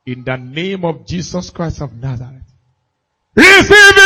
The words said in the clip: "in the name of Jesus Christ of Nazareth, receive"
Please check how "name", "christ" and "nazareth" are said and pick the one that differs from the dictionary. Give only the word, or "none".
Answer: nazareth